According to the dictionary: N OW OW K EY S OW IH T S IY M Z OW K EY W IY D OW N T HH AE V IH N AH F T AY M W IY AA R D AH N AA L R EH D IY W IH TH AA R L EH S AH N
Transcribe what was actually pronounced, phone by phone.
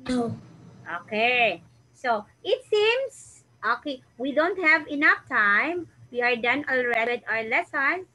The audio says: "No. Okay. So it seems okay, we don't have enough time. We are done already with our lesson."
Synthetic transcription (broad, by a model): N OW OW K EY S OW IH T S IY M S OW K EY W IY D OW N T HH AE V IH N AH F T AY M W IY AA R D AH N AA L R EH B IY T AA R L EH S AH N